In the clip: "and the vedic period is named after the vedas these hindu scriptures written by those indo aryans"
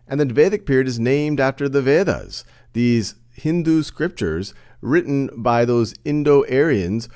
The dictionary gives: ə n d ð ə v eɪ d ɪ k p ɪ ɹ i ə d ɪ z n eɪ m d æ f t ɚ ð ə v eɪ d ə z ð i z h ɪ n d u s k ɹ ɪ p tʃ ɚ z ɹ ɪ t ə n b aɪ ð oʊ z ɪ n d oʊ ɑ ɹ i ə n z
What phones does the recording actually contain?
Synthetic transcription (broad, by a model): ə n ð ə v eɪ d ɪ k p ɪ ɹ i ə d ɪ z n eɪ m d æ f t ɚ ð ə v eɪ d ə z ð i z h ɪ n d u s k ɹ ɪ p tʃ ɚ z ɹ ɪ t n b aɪ ð oʊ z ɪ n d oʊ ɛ ɹ i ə n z